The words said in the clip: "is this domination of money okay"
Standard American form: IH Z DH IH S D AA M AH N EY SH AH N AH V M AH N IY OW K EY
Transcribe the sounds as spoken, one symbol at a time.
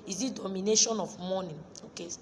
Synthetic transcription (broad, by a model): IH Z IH D AA M AH N EY SH AH N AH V M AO N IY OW K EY